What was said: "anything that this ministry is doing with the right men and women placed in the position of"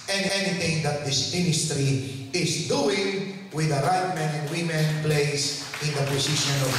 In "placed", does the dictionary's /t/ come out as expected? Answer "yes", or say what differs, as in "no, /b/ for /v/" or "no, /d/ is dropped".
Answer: no, /t/ is dropped